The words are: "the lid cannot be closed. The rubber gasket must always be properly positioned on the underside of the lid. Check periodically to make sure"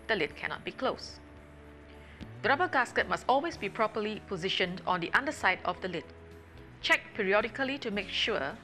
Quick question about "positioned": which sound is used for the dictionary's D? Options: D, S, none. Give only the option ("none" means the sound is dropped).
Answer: D